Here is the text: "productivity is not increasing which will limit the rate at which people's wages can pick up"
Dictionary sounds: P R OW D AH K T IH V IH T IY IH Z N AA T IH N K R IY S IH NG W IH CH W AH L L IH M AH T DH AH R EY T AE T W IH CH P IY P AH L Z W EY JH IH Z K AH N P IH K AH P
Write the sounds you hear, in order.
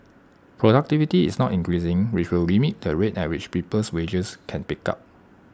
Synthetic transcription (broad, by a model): P R OW D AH K T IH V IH T IY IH S N AA T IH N K R IY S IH NG W IH CH W AH L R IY M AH T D AH R EY T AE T W IH CH P IY P AH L S W EY JH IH S K AH N P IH K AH P